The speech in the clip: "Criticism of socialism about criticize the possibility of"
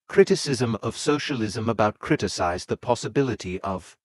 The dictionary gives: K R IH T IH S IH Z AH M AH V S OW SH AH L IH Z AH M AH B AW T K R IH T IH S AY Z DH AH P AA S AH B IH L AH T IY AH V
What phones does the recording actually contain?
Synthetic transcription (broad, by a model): K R IH T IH S IH Z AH M AH V S OW SH AH L IH Z AH M AH B AW T K R IH T IH S AY Z DH AH P AA S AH B IH L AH T IY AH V